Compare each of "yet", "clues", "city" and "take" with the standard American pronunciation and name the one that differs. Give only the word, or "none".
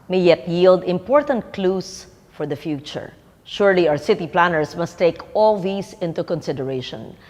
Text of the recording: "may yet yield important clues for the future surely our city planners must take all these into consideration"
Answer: clues